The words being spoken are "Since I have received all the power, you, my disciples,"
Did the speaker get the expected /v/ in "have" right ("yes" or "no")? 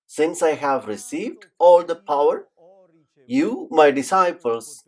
yes